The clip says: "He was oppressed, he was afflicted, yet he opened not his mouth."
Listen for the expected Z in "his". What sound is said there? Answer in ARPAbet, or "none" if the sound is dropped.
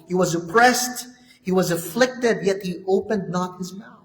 Z